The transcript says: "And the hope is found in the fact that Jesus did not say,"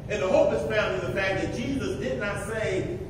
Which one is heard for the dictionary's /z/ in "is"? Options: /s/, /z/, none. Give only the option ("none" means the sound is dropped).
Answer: /s/